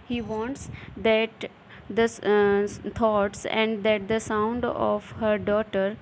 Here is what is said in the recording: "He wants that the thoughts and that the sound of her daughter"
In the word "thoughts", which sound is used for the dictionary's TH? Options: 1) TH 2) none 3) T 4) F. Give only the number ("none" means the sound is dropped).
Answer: 3